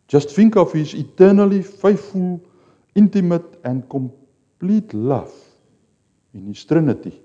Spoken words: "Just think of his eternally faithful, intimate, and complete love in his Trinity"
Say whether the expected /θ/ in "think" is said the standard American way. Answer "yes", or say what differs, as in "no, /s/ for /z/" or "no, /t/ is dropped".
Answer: no, /f/ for /θ/